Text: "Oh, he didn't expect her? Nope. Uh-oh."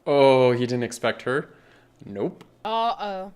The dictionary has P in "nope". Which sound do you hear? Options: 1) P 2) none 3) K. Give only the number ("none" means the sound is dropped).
1